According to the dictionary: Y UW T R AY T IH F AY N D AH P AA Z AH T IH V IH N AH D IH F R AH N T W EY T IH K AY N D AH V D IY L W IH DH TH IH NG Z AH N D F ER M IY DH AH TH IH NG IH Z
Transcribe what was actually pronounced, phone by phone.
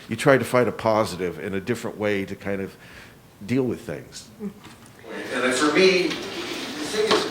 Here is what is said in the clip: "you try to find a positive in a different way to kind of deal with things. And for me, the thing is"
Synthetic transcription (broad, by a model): Y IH T R AY T IH F AY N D AH P AA Z AH T IH V IH N AH D IH F R AH N T W EY T IH K AY N D AH V D IY L W IH DH TH IH NG Z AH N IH F ER M IY DH AH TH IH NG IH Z